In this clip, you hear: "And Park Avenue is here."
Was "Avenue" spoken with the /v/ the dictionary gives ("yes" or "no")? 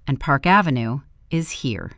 yes